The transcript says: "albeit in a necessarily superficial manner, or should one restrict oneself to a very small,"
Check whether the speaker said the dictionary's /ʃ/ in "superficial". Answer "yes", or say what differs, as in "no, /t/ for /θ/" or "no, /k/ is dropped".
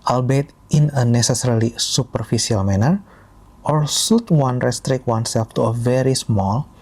no, /s/ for /ʃ/